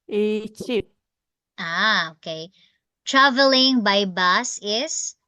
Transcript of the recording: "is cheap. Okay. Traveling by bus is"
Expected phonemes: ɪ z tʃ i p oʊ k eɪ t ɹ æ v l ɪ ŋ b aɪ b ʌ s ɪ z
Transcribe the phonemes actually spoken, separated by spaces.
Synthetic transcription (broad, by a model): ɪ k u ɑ oʊ k eɪ t ɹ æ v l ɪ ŋ b aɪ b ʌ s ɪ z